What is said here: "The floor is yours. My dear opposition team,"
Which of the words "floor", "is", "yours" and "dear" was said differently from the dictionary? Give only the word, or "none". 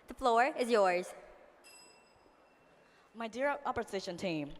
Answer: none